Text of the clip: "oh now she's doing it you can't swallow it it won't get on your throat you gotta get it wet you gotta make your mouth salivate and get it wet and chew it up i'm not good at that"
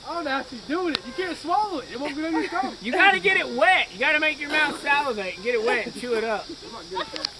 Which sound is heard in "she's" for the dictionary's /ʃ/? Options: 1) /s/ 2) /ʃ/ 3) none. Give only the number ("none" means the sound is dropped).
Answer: 1